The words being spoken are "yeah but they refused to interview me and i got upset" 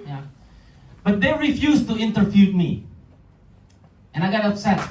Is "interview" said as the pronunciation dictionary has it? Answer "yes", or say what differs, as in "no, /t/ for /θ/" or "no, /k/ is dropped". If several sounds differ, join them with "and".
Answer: no, /f/ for /v/